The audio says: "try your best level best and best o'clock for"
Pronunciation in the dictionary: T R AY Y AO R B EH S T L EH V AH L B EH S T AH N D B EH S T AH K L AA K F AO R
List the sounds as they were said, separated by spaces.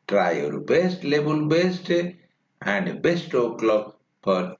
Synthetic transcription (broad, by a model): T R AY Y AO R B EH S T L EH B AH L B EH S T AH N D B EH S T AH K L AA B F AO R